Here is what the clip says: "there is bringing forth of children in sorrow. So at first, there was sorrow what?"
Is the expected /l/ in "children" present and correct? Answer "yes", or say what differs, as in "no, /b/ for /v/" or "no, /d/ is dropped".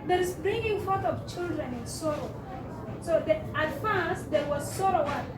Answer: yes